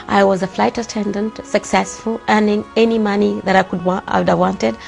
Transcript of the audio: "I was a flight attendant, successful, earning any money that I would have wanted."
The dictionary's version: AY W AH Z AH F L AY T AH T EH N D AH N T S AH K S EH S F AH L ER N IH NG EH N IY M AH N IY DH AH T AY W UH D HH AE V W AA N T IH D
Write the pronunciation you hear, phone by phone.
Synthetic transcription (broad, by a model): AY W AH Z AH F L AY T AH T EH N D AH N T S AH K S EH S F AH L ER N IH NG EH N IY M AH N IY DH AH T AY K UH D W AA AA W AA N T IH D